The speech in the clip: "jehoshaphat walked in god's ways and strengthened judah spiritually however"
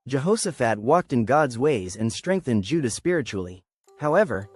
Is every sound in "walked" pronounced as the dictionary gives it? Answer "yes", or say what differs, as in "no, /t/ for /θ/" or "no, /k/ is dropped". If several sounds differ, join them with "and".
yes